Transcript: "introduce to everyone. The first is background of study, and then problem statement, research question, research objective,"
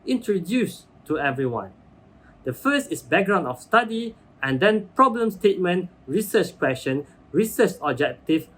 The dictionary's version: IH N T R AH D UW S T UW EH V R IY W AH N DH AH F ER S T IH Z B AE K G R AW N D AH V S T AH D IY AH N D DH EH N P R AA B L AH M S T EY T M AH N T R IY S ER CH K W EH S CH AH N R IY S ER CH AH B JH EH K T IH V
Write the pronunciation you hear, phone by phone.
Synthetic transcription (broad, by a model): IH N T R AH D UW S T UW EH V R IY W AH N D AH F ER S T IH S B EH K G R AW N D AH F S T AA D IY AH N D EH N P R AA B L AH M S T EY T M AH N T R IY S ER CH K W EH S SH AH N R IY S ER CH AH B JH EH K T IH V